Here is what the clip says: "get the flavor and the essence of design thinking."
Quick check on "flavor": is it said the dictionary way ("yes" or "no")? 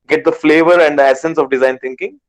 yes